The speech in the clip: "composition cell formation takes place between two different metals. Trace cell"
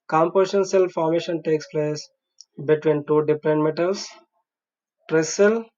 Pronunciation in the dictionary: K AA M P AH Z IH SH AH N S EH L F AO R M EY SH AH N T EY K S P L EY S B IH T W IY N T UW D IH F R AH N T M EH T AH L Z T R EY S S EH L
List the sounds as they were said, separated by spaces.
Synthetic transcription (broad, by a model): K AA M P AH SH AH N S EH L F AO R M EY SH AH N T EY K S P L EY S B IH T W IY N T UW D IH P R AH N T M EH T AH L S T R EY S S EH L